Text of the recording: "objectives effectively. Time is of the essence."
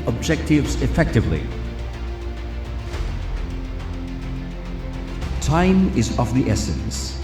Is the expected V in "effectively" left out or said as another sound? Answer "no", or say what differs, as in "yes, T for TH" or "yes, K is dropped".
no